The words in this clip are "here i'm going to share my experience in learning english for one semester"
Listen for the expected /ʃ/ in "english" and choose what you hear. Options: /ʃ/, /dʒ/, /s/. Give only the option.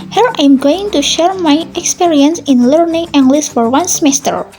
/s/